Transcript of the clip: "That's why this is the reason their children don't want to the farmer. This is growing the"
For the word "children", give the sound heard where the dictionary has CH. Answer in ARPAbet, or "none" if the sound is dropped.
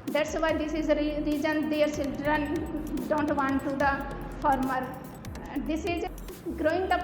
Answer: S